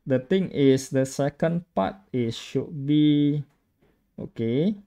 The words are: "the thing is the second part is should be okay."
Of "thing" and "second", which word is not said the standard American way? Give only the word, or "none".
thing